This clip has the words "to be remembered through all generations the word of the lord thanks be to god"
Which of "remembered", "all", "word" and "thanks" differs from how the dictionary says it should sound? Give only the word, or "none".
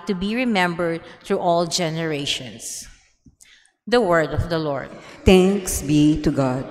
thanks